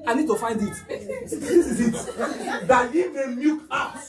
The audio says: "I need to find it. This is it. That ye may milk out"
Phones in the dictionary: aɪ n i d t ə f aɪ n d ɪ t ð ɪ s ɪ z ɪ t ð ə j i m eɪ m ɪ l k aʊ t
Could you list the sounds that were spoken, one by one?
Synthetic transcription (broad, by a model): aɪ n i d t ə f aɪ n d ɪ t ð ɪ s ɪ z ɪ t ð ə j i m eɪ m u k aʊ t